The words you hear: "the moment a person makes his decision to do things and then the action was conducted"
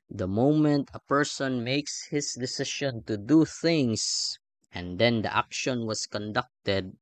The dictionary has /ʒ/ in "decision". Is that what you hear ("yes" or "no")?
no